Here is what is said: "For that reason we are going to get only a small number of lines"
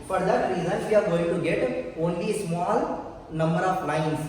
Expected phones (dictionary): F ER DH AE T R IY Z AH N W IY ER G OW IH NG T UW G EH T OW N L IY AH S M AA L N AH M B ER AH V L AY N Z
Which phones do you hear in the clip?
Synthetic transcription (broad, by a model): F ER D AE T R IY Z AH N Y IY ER G OW IH NG T UW G EH T OW N L IY S M AA L N AH M B ER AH P L AY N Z